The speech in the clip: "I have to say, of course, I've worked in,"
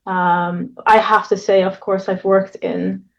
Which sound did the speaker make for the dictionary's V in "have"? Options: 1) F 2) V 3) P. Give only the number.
1